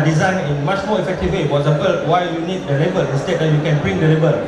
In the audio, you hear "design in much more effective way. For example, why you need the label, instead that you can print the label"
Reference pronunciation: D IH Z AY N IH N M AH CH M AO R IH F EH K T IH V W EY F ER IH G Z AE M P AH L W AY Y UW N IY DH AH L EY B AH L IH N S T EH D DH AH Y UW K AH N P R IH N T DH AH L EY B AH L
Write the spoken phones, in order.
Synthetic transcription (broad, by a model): D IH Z AY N IH N M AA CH M AO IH F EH K T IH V W EY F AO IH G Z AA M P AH L W AY Y UW N IY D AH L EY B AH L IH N S T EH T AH Y UW K AH N B R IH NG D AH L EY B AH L